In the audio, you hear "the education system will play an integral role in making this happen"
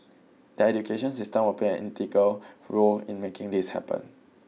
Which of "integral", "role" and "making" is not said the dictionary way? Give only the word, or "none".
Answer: integral